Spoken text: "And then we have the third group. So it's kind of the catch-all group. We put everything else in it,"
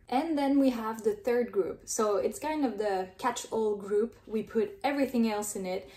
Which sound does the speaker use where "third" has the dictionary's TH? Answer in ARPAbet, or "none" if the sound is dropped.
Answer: TH